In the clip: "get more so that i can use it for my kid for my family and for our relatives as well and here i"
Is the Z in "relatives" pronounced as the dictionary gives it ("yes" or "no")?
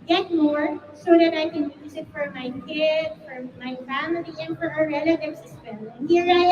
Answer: no